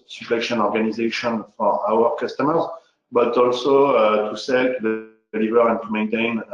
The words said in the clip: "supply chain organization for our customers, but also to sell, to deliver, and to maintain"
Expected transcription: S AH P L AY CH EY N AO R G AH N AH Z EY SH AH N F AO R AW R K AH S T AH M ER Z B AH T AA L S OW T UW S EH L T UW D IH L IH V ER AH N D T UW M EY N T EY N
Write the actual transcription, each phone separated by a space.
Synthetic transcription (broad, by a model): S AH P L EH SH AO N AO R G AH N AH Z EY SH AH N F AO R AW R K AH S T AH M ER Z B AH T AA L S OW T UW S EH L T UW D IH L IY V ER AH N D T UW M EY N T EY N